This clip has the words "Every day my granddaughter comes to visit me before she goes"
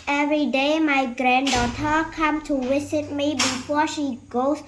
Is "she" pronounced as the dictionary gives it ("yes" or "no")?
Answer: yes